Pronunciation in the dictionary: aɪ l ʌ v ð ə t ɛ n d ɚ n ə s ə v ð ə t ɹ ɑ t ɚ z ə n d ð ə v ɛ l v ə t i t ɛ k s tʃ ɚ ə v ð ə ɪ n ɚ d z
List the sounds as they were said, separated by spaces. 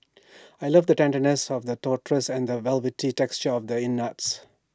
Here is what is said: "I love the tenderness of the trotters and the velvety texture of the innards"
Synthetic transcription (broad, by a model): aɪ l ʌ v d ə t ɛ n d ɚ n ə s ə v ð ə t ɑ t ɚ s ə n d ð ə v ɛ l v ə t i t ɛ k s tʃ ɚ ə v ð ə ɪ n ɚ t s